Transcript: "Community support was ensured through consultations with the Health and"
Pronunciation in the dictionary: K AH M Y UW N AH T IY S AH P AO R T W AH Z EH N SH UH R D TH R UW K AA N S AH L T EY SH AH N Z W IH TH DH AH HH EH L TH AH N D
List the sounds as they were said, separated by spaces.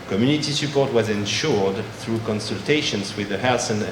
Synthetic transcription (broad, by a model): K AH M Y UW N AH T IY S AH P AO R T W AH Z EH N SH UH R D TH R UW K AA N S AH L T EY SH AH N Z W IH DH AH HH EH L S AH N